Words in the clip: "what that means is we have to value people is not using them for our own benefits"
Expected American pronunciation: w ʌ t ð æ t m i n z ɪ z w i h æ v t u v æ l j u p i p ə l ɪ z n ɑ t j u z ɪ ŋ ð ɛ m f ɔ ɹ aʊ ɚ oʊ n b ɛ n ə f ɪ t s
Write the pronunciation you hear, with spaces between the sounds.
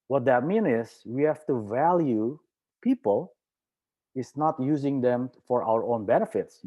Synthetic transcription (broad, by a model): w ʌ t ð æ t m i n ɪ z w i h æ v t u v æ l j u p i p ə l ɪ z n ɑ t j u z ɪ ŋ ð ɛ m f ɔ ɹ aʊ ɚ oʊ n b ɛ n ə f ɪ t s